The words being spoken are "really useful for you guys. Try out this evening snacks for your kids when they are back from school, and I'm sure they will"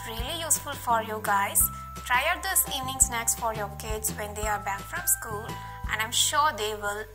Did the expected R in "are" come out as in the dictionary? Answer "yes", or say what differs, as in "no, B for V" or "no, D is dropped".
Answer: yes